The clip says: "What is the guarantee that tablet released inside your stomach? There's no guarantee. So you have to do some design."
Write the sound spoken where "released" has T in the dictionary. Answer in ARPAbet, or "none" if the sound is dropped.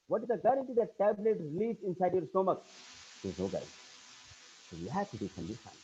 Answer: none